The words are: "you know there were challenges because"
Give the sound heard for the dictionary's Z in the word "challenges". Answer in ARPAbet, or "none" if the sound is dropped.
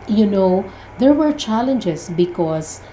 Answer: S